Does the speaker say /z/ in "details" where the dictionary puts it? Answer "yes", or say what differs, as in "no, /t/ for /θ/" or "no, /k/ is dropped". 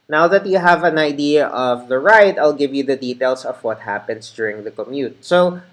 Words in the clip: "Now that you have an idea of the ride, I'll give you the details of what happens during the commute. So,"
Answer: no, /s/ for /z/